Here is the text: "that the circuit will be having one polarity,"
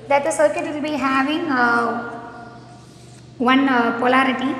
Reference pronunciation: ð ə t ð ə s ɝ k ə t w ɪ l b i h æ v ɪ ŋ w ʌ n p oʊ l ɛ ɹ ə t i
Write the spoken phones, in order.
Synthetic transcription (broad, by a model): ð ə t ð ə s ɝ k ə t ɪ n b i h æ v ɪ ŋ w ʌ n p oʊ l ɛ ɹ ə t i